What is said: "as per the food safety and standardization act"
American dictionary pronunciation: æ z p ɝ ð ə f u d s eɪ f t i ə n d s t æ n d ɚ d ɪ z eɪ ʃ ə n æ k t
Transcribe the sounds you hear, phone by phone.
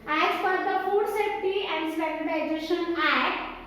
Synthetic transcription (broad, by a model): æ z f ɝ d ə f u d s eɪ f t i ə n d s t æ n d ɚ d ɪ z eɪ ʃ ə n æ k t